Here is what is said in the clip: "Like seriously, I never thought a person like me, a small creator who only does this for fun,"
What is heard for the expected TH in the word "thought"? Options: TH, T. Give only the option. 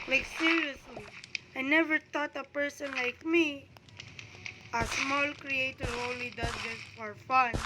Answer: T